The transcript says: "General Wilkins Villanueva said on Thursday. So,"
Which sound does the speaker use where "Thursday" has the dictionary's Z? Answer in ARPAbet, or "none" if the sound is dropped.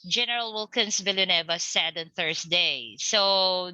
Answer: S